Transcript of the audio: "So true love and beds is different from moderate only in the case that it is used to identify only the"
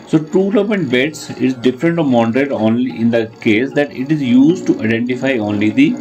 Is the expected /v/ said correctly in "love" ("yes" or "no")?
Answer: no